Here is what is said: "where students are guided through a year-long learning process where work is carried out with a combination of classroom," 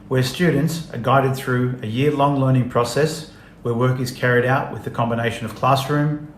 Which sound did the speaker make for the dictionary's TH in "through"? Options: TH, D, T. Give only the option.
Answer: TH